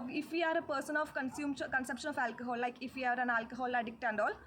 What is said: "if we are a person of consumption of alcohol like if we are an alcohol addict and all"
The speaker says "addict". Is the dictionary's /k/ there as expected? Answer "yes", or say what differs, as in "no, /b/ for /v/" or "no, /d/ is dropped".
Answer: yes